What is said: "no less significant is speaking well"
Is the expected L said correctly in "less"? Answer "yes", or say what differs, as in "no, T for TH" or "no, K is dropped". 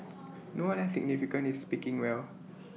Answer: no, W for L